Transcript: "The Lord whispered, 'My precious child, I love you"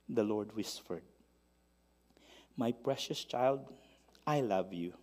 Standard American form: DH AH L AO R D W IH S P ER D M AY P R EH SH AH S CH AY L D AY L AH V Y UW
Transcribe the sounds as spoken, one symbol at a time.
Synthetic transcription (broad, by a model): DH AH L AO R D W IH S F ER D M AY P R EH SH AH S CH AY L D AY L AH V Y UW